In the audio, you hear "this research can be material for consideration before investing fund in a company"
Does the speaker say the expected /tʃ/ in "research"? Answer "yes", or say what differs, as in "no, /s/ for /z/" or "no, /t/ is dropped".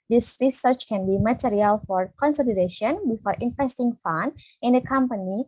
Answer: yes